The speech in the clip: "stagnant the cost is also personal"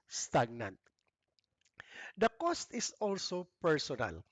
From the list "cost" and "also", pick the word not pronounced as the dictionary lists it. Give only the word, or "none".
none